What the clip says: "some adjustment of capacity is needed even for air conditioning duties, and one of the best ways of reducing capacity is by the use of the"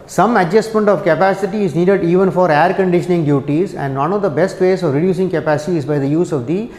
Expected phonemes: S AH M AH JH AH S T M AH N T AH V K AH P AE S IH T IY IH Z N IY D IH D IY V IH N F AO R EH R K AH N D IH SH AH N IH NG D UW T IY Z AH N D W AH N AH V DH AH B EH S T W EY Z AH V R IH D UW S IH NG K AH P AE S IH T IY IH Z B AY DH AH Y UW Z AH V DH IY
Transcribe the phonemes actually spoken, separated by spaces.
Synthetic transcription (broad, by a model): S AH M AH JH AH S T M AH N T AH V K AH P AE S IH T IY IH Z N IY D IH D IY V IH N F AO R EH R K AH N D IH SH AH N IH NG D UW T IY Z AH N D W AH N AH V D AH B EH S T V EY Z AH V R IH D UW S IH NG K AH P AE S IH T IY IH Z B AY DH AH Y UW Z AH V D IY